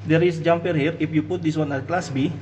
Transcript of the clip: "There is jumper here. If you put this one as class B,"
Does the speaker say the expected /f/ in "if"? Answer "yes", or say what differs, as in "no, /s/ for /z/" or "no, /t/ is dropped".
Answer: no, /p/ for /f/